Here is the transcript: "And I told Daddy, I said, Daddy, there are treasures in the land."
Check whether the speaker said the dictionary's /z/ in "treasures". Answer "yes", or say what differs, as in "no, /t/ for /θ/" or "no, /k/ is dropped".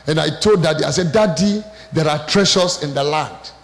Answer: no, /s/ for /z/